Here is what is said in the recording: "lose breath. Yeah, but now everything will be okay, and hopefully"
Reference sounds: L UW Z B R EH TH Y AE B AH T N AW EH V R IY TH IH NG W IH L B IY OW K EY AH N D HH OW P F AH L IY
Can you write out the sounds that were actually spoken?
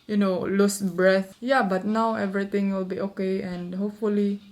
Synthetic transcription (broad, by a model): L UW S B R EH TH Y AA B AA T N AW EH V R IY T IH NG W IH L B IY OW K EY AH N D HH OW P F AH L IY